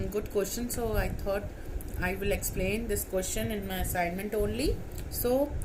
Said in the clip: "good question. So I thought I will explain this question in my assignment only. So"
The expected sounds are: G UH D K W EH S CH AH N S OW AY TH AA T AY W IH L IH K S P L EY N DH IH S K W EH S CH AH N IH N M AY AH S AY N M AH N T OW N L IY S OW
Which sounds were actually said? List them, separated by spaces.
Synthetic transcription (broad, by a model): G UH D K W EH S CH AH N S OW AY T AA T AY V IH L IH K S P L EY N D IH S K W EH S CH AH N IH N M AY AH S AY N M AH N T OW N L IY S OW